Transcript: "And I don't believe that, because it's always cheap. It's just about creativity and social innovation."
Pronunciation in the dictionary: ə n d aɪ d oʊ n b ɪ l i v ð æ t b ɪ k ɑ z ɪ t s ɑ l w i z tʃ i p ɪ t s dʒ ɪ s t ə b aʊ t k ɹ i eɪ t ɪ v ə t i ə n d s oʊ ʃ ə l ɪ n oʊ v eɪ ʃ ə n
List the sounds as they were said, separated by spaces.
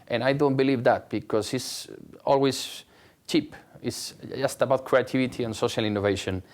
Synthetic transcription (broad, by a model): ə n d aɪ d oʊ n b ɪ l i v ð æ t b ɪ k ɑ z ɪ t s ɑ l w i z tʃ i p ɪ t s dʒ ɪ s t ə b aʊ t k ɹ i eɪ t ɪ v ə t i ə n s oʊ ʃ ə l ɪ n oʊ v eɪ ʃ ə n